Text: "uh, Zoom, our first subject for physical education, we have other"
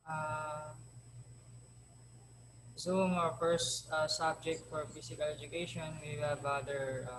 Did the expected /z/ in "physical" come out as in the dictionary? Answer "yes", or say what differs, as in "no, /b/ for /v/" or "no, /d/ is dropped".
no, /s/ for /z/